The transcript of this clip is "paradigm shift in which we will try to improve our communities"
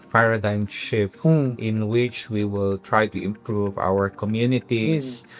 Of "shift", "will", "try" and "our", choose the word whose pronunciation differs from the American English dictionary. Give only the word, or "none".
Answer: shift